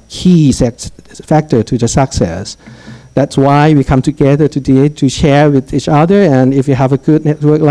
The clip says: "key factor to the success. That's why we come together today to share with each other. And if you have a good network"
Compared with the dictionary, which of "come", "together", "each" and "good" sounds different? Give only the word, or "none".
none